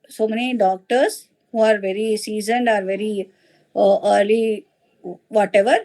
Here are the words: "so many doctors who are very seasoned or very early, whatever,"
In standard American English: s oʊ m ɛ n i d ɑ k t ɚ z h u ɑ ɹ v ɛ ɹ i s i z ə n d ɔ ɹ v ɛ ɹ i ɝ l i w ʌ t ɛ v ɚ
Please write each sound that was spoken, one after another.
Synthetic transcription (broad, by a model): s oʊ m ɛ n i d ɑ k t ɚ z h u ɑ ɹ v ɛ ɹ i s i z ə n d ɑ ɹ v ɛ ɹ i ɝ l i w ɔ t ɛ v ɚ